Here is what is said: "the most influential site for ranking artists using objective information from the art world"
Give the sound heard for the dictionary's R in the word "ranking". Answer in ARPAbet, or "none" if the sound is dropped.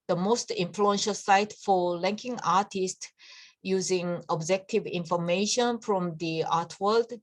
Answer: L